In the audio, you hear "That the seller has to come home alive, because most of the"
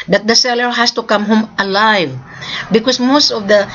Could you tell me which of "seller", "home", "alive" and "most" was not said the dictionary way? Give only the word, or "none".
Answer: none